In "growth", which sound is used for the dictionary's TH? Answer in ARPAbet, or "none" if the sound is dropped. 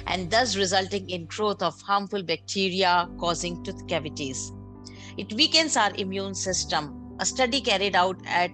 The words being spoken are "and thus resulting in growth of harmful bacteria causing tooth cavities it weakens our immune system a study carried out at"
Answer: T